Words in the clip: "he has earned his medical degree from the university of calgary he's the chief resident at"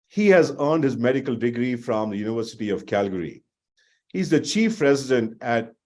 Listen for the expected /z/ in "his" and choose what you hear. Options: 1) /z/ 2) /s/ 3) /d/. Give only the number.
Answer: 1